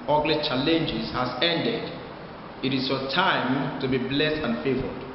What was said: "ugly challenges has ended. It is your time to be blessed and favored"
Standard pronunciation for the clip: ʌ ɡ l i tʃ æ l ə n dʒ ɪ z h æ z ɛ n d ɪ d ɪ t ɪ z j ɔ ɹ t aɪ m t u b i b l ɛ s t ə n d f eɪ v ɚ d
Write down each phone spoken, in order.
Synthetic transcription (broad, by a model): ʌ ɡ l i tʃ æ l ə n dʒ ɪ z h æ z ɛ n d ɪ d ɪ t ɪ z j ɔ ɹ t aɪ m t u b i b l ɛ s t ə n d f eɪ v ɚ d